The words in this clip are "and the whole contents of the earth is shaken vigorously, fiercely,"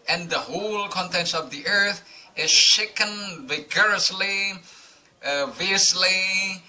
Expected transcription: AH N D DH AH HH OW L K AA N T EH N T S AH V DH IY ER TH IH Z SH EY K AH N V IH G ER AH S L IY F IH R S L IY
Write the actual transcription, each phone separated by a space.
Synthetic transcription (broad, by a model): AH N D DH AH HH OW L K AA N T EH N S AH V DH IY ER TH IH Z SH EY K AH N V IH G ER AH S L IY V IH S L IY